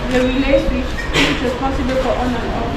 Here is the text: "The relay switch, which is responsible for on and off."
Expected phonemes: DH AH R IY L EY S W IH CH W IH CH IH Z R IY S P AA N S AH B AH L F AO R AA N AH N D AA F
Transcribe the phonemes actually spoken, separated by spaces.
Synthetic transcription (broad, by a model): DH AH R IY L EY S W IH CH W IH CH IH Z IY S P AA S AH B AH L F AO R AA N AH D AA